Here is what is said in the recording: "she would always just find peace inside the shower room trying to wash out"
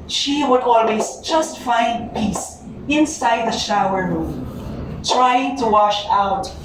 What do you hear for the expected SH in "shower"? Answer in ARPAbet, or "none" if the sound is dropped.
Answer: SH